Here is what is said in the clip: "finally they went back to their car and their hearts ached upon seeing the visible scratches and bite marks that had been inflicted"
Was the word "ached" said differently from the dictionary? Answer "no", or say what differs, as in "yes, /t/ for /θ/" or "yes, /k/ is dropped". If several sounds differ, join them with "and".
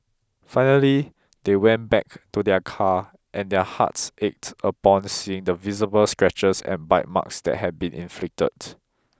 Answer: no